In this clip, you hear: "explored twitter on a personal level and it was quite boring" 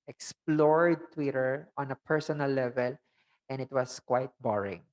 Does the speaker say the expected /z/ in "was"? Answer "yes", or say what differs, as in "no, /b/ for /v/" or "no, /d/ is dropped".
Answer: no, /s/ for /z/